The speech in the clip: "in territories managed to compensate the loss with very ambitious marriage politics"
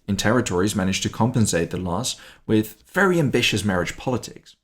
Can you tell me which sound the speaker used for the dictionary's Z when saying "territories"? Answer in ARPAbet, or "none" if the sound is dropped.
Z